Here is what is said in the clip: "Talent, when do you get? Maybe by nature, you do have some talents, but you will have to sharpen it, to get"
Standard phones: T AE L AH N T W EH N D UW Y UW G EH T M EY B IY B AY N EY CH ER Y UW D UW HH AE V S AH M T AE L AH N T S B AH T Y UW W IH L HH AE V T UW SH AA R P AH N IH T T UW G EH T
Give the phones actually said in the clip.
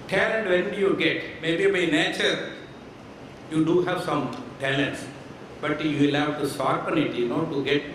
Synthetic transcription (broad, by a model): T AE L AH N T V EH N Y UW G EH T M EY B IY B AY N EY CH ER Y UW D UW HH AE V S AH M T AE L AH N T S B AH T Y UW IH L HH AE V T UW S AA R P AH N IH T T UW G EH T